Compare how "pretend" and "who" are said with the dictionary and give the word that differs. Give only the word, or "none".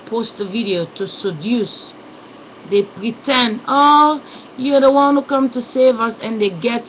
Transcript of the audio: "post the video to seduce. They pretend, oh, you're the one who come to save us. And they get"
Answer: none